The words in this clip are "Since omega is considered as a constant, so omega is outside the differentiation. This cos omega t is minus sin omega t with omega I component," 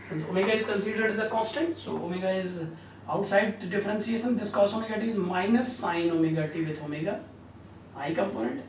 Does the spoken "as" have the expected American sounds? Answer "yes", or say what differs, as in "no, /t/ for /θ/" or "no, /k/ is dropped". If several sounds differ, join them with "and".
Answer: yes